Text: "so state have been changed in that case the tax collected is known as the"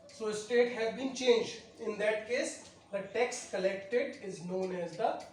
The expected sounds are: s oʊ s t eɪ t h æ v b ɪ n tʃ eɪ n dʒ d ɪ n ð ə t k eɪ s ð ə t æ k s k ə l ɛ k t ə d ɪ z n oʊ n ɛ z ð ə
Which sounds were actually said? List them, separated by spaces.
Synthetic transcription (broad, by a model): s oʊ s t eɪ t h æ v b ɪ n tʃ eɪ n dʒ d ɪ n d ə t k eɪ s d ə t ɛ k s k ə l ɛ k t ə d ɪ z n oʊ n ɛ z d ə